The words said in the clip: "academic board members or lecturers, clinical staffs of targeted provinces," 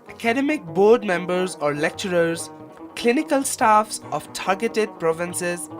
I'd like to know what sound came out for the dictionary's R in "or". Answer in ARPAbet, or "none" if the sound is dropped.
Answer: R